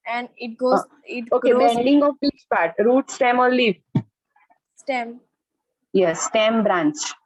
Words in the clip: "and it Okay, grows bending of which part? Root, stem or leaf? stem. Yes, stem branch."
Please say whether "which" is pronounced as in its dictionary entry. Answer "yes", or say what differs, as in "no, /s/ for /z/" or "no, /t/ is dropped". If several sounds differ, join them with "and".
no, /s/ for /tʃ/